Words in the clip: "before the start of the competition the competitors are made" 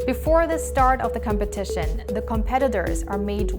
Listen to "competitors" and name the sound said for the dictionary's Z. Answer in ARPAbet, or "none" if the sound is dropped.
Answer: Z